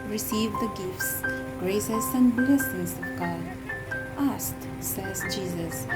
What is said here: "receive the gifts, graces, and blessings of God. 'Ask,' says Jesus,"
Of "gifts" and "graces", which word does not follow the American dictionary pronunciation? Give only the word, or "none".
graces